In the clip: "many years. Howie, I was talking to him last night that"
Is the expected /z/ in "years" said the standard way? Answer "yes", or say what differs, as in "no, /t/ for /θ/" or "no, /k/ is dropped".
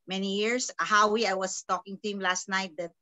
no, /s/ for /z/